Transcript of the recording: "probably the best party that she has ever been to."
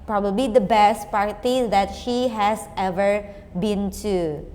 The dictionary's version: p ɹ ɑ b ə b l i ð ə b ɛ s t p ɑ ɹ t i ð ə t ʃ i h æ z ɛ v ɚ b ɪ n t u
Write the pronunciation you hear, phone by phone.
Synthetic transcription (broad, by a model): p ɹ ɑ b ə b l i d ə b ɛ s t p ɑ ɹ t i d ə t ʃ i h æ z ɛ v ɚ b ɪ n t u